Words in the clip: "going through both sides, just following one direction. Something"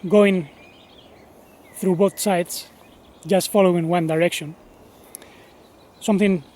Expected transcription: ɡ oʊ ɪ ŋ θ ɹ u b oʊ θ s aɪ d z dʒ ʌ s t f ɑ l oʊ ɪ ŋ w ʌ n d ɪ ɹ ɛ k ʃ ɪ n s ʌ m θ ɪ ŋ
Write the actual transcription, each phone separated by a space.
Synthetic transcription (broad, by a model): ɡ oʊ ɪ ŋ θ ɹ u b oʊ θ s aɪ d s dʒ ʌ s t f ɑ l oʊ ɪ ŋ w ʌ n d ɪ ɹ ɛ k ʃ ɪ n s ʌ m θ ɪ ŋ